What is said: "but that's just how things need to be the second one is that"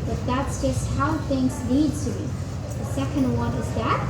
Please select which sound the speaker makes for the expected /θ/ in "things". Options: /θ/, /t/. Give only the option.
/θ/